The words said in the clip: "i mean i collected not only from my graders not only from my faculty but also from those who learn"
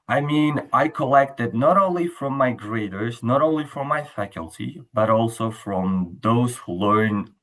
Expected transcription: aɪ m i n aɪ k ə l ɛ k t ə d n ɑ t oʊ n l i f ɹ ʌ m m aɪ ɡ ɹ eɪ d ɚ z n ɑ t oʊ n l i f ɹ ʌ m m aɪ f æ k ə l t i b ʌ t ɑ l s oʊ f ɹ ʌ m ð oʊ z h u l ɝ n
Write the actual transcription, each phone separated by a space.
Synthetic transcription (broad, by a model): aɪ m i n aɪ k ə l ɛ k t ə d n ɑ t oʊ n l i f ɹ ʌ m m aɪ ɡ ɹ eɪ d ɚ z n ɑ t oʊ n l i f ɹ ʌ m m aɪ f æ k ə l t i b ʌ t ɑ l s oʊ f ɹ ʌ m ð oʊ z h u l ɝ n